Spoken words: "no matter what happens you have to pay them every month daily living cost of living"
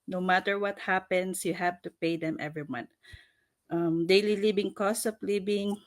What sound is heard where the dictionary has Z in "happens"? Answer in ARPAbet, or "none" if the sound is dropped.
S